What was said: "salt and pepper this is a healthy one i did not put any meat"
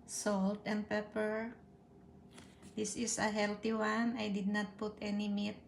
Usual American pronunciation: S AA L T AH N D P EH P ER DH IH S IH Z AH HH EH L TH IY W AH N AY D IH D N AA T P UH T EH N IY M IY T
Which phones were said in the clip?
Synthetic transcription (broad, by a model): S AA L T AH N D P EH P ER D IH S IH S AH HH EH L T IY W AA N AY D IH D N AA T P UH T EH N IY M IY T